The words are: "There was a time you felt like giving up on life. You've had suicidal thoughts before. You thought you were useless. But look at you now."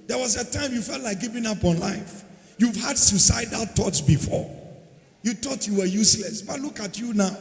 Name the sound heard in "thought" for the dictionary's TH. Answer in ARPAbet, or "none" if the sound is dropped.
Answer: T